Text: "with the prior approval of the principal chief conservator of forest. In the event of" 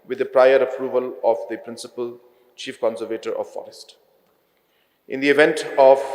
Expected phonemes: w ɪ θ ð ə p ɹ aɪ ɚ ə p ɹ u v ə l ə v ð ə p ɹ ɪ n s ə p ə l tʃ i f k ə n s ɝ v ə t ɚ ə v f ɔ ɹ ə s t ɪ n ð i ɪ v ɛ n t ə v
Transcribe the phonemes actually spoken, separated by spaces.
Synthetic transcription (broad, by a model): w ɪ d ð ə p ɹ aɪ ɚ ə p ɹ u v ə l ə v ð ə p ɹ ɪ n s ə p ə l tʃ i f k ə n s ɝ v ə t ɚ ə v f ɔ ɹ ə s t ɪ n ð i ɪ v ɛ n t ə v